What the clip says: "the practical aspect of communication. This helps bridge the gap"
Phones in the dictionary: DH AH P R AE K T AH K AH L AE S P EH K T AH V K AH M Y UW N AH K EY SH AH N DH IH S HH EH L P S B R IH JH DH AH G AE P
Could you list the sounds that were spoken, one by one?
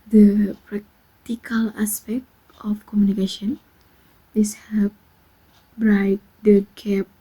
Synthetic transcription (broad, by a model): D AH P R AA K T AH K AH L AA S P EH K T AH F K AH M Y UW N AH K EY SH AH N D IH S HH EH P B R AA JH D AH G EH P